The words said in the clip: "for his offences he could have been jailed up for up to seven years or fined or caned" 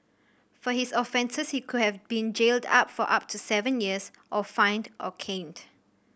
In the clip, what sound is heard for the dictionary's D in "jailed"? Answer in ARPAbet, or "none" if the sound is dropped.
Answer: D